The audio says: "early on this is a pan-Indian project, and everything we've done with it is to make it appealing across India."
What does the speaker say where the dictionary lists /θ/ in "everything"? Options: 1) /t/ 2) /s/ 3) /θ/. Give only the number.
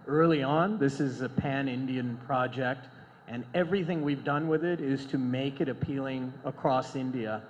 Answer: 3